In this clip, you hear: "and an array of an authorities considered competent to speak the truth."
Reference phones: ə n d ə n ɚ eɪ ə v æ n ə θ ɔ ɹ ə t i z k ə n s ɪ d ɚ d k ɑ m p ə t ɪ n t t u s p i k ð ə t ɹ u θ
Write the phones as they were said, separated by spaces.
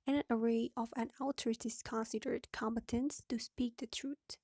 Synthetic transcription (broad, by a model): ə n ə n ɚ eɪ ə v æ n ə t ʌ ɹ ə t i s k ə n s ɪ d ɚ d k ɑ m b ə t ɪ n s t u s p i k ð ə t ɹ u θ